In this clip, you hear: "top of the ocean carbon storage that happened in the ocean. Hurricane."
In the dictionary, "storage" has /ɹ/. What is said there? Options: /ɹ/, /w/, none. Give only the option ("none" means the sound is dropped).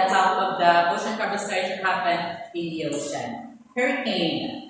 none